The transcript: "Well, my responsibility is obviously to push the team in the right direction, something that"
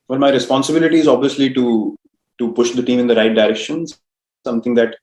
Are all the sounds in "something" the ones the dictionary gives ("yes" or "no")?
no